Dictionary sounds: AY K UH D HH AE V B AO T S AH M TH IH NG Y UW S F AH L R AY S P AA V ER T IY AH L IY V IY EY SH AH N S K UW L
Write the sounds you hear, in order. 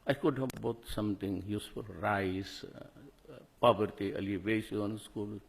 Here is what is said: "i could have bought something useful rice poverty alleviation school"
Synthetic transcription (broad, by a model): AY K UH D HH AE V B AO T S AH M T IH NG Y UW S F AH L R AY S P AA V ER T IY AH L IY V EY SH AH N S K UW L